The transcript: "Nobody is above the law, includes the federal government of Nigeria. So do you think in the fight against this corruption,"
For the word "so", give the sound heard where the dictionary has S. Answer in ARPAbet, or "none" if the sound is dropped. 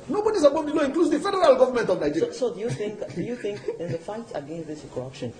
TH